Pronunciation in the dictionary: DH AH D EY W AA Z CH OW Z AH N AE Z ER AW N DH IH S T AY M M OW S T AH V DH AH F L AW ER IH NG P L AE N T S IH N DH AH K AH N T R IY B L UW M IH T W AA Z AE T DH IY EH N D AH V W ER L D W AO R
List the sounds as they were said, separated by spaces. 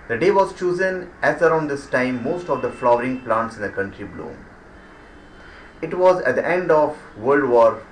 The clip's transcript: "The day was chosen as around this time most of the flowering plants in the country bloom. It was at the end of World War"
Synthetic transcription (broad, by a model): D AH D EY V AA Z CH OW Z AH N AE Z ER AW N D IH S T AY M M OW S T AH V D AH F L AW ER IH NG P L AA N T S IH N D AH K AH N T R IY B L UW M IH T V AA Z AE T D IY EH N D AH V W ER L D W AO R